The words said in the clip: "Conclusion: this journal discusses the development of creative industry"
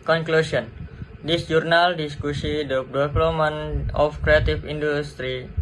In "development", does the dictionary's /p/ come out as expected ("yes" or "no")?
no